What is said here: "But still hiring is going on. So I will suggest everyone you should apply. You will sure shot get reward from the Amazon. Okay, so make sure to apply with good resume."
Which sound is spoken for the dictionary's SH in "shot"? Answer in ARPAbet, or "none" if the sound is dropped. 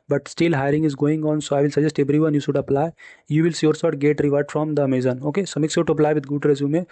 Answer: S